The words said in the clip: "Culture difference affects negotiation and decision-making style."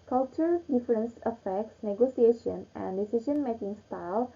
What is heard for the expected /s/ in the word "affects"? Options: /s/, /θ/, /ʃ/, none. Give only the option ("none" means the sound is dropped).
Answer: /s/